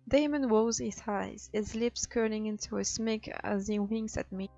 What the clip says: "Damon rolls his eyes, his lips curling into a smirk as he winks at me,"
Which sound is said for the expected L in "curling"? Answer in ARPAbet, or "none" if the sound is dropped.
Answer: N